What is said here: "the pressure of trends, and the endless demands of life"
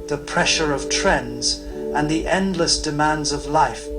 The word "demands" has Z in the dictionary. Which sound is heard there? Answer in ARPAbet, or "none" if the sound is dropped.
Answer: Z